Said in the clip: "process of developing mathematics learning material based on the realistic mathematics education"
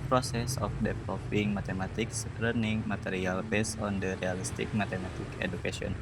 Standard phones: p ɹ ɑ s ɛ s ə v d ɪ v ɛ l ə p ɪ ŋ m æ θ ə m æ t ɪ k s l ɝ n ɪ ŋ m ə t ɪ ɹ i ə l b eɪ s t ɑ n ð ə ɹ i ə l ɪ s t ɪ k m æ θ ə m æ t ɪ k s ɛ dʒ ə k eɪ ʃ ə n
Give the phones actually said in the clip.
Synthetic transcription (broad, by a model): p ɹ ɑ s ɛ s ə f d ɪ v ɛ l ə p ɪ ŋ m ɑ t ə m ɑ t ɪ k s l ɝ n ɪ ŋ m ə t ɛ ɹ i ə l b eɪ s ɑ n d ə ɹ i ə l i s t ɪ k m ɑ t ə m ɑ t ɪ k ɛ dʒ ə k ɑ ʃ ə n